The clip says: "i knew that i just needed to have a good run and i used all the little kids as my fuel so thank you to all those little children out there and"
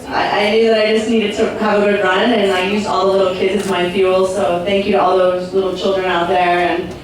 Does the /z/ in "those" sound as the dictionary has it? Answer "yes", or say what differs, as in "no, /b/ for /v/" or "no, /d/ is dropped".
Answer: yes